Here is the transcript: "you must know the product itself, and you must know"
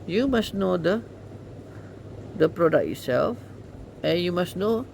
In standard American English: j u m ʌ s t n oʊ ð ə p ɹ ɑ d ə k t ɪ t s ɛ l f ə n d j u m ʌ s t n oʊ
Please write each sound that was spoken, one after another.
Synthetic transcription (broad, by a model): j u m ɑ s n oʊ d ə p ɹ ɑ d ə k ɪ t s ɛ l f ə n j u m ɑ s n oʊ